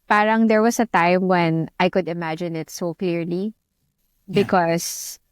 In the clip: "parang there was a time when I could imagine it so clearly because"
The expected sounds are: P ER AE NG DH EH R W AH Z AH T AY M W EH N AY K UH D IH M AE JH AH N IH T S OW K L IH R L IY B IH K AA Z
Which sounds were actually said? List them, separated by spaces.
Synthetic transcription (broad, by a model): P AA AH NG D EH R W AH S AH T AY M W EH N AY K UH D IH M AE JH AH N IH T S OW K L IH R L IY B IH K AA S